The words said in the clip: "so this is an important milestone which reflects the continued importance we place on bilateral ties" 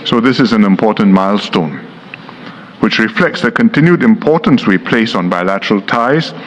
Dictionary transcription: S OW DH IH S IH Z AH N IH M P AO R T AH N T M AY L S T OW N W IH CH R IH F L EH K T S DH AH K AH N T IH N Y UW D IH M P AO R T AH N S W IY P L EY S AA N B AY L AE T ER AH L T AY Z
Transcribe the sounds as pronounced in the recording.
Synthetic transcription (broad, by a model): S OW DH IH S IH Z AH N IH M P AO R T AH N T M AY L S T OW N W IH CH R IH F L EH K T S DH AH K AH N T IH N Y UW D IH M P AO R T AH N S W IY P L EY S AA N B AY L AE T ER AH L T AY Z